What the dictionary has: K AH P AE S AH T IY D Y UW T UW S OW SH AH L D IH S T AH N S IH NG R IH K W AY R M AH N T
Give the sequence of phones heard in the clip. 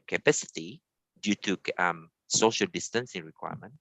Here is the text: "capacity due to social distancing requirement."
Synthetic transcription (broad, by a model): K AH P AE S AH T IY D Y UW T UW S OW SH AH L D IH S T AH N S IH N R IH K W AY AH M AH N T